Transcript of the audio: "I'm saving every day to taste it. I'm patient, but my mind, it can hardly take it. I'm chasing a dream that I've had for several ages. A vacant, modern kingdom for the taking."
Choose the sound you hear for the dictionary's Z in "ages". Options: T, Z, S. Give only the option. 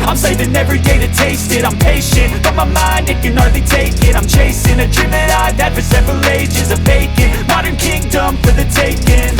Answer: Z